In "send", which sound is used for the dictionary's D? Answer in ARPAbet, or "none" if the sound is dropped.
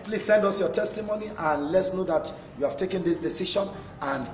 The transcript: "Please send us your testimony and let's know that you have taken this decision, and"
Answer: D